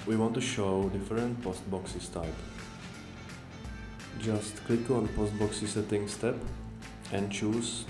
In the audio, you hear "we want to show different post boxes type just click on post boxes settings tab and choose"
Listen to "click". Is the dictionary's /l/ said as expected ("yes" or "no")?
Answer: yes